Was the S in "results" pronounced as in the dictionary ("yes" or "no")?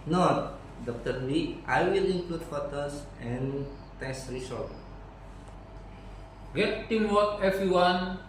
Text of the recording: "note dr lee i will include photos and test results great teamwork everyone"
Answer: no